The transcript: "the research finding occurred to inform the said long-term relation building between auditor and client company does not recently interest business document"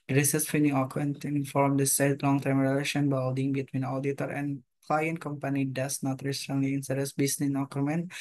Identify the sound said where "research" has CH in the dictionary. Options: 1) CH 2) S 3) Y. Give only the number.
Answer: 2